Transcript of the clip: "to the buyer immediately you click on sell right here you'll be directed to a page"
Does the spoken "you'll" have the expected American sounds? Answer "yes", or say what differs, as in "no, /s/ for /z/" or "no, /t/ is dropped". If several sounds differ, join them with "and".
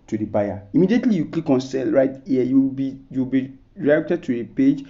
no, /w/ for /l/